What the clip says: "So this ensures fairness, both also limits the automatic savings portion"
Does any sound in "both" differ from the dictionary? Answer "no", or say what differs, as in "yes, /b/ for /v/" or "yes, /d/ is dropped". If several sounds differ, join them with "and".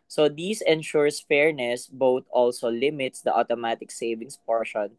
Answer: yes, /t/ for /θ/